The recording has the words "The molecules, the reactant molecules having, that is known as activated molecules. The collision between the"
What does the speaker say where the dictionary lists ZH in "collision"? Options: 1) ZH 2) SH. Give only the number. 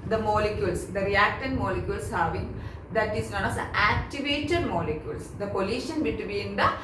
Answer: 2